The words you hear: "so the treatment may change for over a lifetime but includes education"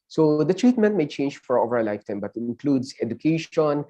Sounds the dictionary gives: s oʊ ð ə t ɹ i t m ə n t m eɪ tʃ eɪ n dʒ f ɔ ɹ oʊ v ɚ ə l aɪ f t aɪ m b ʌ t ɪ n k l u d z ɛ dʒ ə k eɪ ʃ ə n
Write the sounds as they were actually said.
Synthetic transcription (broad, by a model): s oʊ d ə t ɹ i t m ə n t m eɪ tʃ eɪ n dʒ f ɔ ɹ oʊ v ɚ ə l aɪ f t aɪ m b ʌ t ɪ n k l u d s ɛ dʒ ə k eɪ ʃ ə n